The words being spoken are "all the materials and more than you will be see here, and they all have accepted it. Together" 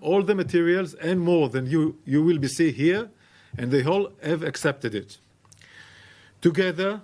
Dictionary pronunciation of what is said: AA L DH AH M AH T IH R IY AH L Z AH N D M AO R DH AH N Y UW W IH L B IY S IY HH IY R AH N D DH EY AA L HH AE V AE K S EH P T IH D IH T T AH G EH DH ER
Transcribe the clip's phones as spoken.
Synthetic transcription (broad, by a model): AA L DH AH M AH T IH R IY AH L Z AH N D M AO R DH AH N Y UW W IH L B IY S IY HH IY R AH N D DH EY AA L HH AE V AE K S EH P T IH D IH T T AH G EH DH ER